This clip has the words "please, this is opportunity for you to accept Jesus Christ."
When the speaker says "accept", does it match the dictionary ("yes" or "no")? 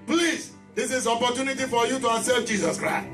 no